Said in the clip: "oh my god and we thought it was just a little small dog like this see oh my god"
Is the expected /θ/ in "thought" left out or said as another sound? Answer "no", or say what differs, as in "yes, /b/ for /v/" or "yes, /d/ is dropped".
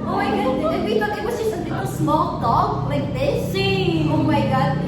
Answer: yes, /t/ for /θ/